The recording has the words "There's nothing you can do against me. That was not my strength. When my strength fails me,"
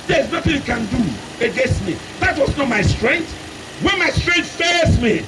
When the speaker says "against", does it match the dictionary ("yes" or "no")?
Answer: yes